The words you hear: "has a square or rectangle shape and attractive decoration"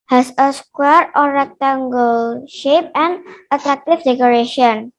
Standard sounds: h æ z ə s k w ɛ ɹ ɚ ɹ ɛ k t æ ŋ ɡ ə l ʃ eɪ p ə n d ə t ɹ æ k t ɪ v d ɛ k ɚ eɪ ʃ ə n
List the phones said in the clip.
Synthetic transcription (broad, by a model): h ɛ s ə s k w ɛ ɹ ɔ ɹ ɛ k t æ ŋ ɡ ə l ʃ eɪ p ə n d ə t ɹ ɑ k t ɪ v d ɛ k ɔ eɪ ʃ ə n